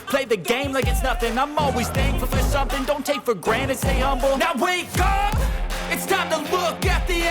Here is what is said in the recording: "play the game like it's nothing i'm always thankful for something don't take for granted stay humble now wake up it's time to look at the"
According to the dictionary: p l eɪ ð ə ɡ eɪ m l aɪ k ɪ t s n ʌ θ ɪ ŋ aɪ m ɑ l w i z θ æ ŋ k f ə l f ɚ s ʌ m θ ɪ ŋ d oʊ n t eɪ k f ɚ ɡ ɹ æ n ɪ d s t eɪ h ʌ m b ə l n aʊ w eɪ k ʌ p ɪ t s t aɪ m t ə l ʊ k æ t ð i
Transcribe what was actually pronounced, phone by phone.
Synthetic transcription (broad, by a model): p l eɪ ð ə ɡ eɪ m l aɪ k ɪ t s n ʌ θ ɪ ŋ aɪ m ɑ l w i z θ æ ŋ f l f ɚ s ʌ m θ ɪ ŋ d oʊ n t eɪ k f ɚ ɡ ɹ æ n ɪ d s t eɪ h ʌ m b l n aʊ w eɪ k ʌ p ɪ t s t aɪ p t ə l ʊ k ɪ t ð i